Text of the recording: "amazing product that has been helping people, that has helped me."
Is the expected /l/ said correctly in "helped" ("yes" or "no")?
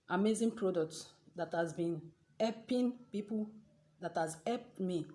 no